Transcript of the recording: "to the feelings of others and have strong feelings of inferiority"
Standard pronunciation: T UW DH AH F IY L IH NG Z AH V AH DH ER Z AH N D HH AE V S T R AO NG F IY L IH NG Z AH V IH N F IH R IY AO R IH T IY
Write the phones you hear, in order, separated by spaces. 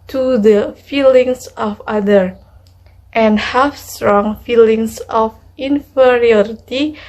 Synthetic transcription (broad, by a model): T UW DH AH F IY L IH NG S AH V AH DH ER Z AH N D HH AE F S T R AO NG F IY L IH NG S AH F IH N F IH R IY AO R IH T IY